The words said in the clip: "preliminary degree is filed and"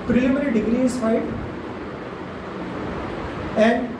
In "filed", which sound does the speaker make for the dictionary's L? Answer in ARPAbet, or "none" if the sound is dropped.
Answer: none